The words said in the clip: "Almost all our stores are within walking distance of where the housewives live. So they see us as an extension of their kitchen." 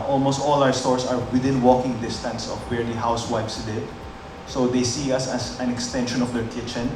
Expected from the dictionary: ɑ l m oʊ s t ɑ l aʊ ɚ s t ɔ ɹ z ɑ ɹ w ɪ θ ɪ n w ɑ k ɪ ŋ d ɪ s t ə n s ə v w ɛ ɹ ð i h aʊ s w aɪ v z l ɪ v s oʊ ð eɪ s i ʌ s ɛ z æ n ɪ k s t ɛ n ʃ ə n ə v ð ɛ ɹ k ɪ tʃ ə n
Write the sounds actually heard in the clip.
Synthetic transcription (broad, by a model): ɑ l m oʊ s t ɑ l aʊ ɚ s t ɔ ɹ s ɑ ɹ w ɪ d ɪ n w ɑ k ɪ ŋ d ɪ s t ə n s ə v w ɛ ɹ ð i h aʊ s w aɪ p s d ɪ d s oʊ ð eɪ s i ʌ s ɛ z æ n ɪ k s t ɛ n ʃ ə n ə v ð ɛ ɹ k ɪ tʃ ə n